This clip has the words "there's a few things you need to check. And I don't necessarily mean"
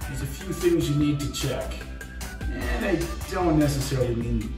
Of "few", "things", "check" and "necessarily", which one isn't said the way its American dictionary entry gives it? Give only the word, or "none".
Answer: none